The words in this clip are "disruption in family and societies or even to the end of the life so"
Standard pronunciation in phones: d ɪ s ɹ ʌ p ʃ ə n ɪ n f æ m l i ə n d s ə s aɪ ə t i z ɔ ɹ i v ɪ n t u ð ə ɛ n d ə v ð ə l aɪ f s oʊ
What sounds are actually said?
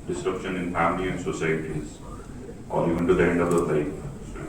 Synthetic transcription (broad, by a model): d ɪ s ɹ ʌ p ʃ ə n ɪ n f æ m l i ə n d s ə s aɪ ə t i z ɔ l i ɪ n t u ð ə ɛ n d ə v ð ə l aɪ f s